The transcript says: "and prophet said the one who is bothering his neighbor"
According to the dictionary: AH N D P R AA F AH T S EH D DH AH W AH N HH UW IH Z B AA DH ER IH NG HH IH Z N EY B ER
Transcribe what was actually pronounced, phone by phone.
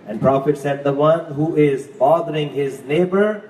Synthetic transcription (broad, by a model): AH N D P R AA F AH T S EH D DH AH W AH N HH UW IH Z B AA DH ER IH NG HH IH Z N EY B ER